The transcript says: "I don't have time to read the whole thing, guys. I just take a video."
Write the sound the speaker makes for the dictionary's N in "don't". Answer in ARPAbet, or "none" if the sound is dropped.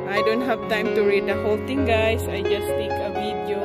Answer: N